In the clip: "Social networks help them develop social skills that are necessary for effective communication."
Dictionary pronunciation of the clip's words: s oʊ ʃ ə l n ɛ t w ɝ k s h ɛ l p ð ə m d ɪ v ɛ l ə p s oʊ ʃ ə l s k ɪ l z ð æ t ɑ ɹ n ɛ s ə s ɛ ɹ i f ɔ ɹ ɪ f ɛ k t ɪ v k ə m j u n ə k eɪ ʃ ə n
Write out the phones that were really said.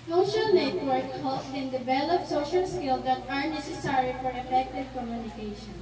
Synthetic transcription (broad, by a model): s oʊ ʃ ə l n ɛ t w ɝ k h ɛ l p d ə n d ɪ v ɛ l ə p s oʊ ʃ ə l s k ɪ l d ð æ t ɑ ɹ n ɛ s ə s ɛ ɹ i f ɔ ɹ ɪ f ɛ k t ɪ v k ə m j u n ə k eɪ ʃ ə n